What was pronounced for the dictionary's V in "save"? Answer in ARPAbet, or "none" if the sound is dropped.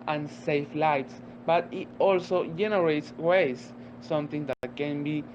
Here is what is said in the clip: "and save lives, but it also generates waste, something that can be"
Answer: F